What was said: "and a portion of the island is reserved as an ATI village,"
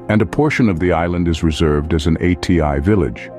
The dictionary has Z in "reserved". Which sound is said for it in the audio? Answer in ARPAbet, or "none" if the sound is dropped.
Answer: Z